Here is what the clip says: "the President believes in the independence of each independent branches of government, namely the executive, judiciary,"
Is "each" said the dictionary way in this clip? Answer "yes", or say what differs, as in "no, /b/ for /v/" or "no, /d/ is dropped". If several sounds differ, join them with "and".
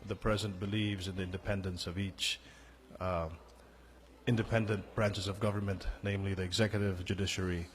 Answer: yes